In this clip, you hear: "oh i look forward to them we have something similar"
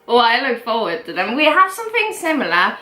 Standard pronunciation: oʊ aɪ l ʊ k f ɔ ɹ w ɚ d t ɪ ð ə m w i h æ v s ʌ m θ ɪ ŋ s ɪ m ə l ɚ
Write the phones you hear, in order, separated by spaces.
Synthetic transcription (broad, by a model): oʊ aɪ l ʊ k f ɔ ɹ w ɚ d t ɪ ð ə m w i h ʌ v s ʌ m θ ɪ ŋ s ɪ m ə l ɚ